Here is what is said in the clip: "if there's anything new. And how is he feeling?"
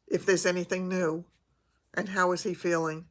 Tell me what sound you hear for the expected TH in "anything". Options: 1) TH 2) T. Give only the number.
1